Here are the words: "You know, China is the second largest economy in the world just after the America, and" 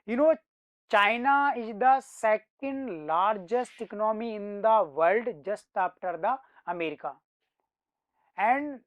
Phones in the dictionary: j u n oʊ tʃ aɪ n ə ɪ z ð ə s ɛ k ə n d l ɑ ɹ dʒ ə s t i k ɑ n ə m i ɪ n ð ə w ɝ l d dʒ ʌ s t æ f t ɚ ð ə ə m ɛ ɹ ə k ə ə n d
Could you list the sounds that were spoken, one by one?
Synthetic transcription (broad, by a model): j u n oʊ tʃ aɪ n ə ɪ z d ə s ɛ k ə n d l ɑ ɹ dʒ ə s t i k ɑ n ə m i ɪ n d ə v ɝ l d dʒ ʌ s t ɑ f t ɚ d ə ə m ɛ ɹ ə k ə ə n d